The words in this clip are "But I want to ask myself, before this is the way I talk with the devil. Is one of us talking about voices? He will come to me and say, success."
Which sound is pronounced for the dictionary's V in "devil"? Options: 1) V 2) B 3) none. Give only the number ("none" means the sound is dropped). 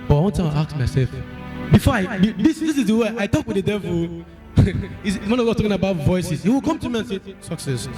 1